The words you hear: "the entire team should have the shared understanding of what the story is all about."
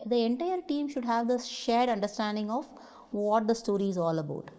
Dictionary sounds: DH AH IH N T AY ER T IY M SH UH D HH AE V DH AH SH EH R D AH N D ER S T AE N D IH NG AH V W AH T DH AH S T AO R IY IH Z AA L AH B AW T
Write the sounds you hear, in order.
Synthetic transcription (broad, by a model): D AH IH N T AY ER T IY M SH UH D HH AE V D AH SH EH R D AH N D ER S T AE N D IH NG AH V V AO T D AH S T AO R IY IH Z AA L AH B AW T